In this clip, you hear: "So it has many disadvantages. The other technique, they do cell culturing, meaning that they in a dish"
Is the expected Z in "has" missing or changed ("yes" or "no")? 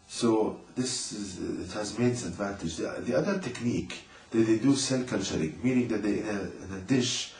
no